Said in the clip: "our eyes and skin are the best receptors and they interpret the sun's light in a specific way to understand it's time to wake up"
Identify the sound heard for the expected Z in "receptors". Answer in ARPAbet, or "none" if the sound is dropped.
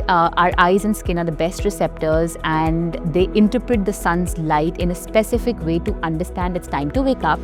Z